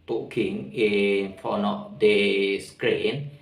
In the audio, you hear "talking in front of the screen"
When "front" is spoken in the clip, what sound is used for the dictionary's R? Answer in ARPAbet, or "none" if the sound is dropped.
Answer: none